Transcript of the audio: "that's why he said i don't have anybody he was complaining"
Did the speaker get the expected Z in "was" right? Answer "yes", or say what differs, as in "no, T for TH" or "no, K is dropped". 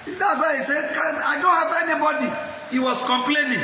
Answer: no, S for Z